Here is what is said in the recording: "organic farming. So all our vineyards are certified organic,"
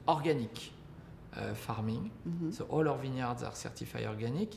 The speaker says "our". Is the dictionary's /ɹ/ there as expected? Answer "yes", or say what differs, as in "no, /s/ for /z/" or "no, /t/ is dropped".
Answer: yes